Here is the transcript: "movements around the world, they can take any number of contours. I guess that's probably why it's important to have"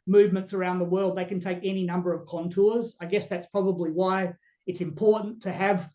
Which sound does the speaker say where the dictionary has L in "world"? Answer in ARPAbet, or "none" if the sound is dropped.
L